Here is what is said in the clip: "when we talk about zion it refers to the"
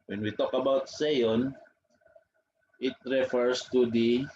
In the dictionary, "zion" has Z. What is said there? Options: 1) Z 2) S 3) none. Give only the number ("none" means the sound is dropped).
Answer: 2